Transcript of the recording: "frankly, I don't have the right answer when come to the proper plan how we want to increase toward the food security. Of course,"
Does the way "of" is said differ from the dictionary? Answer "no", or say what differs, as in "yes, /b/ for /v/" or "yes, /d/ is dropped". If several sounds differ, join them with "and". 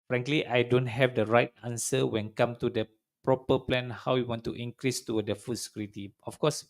yes, /f/ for /v/